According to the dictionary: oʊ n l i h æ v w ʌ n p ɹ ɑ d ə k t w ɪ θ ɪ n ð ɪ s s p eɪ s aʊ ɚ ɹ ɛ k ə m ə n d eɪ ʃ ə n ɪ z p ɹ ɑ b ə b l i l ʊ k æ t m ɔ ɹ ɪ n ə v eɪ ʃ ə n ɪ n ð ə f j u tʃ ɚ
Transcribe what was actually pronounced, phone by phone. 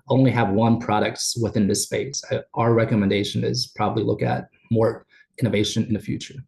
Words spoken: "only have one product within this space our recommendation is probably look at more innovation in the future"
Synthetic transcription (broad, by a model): oʊ n l i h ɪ v w ʌ n p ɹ ɑ d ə k t w ɪ θ ɪ n ð ɪ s s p eɪ s aʊ ɚ ɹ ɛ k ə m ə n d eɪ ʃ ə n ɪ z p ɹ ɑ b ə b l i l ʊ k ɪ t m ɔ ɹ ɪ n ə v eɪ ʃ ə n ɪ n ð ə f j u tʃ ɚ